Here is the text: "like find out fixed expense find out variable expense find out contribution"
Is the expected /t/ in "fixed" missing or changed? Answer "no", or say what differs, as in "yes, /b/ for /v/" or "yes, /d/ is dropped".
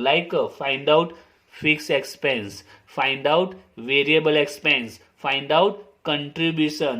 yes, /t/ is dropped